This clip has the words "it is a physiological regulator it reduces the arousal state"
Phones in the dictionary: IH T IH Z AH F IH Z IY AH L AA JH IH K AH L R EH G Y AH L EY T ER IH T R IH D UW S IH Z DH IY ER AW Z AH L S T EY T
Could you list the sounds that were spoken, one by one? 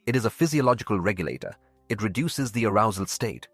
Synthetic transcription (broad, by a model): IH T IH Z AH F IH Z IY AH L AA JH IH K AH L R EH G Y AH L EY T ER IH T R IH D UW S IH Z DH IY ER AW Z AH L S T EY T